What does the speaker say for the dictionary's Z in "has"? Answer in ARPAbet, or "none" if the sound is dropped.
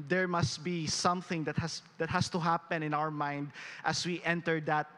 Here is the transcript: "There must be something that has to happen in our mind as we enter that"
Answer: S